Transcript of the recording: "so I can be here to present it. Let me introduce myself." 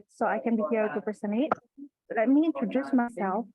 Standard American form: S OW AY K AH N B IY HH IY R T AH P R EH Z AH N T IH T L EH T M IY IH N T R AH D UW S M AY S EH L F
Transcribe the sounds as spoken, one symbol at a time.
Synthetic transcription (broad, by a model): S OW AY K AH N B IY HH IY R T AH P EH S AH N IH T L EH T M IY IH N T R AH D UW S M AY S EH L F